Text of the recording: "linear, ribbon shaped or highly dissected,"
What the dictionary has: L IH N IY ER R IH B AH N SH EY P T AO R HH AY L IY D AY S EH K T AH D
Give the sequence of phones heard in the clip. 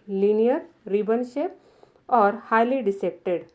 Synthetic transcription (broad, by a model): L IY N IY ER R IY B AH N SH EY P AO R HH AY L IY D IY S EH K T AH D